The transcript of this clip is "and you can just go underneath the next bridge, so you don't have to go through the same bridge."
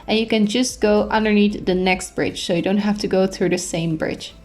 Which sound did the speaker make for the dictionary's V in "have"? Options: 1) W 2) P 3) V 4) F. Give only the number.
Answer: 4